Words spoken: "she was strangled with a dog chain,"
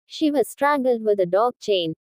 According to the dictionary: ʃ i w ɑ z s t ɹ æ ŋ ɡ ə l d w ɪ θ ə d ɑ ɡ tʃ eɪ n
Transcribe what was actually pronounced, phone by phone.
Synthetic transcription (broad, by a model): ʃ i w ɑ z s t ɹ æ ŋ ɡ ə l d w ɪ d ə d ɑ ɡ tʃ eɪ n